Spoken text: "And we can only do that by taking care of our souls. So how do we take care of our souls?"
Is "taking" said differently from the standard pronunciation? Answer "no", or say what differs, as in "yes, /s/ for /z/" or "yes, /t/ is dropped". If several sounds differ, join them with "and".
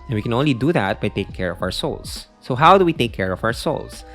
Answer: no